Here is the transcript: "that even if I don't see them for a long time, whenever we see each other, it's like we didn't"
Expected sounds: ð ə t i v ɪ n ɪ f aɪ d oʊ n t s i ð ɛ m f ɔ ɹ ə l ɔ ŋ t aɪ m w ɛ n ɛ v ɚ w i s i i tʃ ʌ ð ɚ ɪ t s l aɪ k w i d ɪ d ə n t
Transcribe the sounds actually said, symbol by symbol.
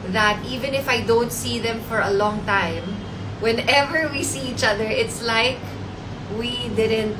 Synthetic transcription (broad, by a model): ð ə t i v ɪ n ɪ f aɪ d oʊ n t s i ð ɛ m f ɔ ɹ ə l ɔ ŋ t aɪ m w ɛ n ɛ v ɚ w i s i i tʃ ʌ ð ɚ ɪ t s l aɪ k w i d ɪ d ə n t